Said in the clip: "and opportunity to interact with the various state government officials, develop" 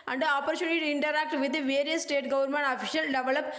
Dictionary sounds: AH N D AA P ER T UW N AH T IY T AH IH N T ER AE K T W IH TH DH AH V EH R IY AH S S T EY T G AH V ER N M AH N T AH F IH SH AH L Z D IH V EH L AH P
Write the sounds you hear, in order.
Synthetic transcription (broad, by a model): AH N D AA P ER T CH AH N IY T AH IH N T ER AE K T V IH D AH V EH R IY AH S S T EY T G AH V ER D M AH N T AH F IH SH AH L D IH V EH L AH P